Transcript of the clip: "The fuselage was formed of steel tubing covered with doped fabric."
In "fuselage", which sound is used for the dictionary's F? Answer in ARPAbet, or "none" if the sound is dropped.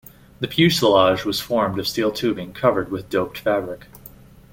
P